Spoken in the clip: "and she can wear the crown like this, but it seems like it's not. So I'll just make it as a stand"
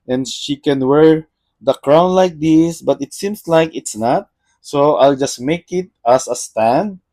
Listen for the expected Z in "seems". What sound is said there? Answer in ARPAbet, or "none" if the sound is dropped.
S